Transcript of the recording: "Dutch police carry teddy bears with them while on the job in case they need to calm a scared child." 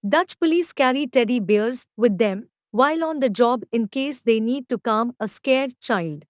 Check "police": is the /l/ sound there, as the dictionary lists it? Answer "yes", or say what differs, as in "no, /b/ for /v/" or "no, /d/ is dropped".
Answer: yes